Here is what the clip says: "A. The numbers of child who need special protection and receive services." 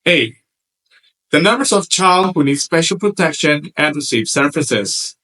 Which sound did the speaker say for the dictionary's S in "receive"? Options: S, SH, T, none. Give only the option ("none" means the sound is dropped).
S